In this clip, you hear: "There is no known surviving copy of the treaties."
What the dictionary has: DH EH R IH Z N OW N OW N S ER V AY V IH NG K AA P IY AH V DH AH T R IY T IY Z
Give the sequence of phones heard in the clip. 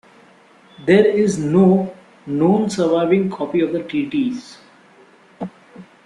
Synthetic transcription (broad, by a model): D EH R IH Z N OW N OW N S ER V AY V IH NG K AA P IY AH V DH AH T IY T IY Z